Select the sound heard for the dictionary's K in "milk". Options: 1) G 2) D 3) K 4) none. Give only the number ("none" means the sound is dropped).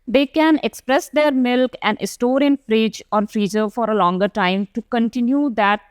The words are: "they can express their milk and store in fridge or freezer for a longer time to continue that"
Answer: 3